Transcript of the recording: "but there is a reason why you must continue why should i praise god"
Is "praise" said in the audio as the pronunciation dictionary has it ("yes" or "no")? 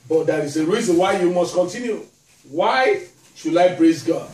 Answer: no